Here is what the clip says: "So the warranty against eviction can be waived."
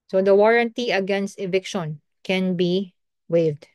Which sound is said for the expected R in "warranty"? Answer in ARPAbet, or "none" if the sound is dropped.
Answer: R